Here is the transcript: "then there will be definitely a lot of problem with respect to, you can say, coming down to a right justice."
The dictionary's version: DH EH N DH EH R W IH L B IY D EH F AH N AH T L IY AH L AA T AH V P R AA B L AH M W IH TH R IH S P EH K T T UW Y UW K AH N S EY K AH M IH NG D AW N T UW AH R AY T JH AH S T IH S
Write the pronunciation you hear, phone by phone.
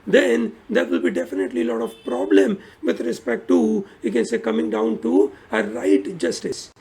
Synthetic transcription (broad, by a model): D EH N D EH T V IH L B IY D EH F AH N AH T L IY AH L AA T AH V P R AA B L AH M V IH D R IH S P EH K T T UW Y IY K AH N S EY K AH M IH NG D AW N T UW AH R AY T JH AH S T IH S